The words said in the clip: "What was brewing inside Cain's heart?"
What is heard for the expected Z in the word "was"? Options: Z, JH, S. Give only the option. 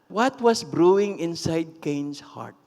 S